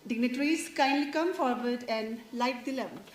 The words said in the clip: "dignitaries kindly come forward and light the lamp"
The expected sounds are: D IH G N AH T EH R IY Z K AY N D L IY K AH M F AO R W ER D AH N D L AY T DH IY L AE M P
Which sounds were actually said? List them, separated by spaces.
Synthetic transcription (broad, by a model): D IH G N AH T R IY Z K AY N D L IY K AH M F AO R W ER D AH N D L AY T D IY L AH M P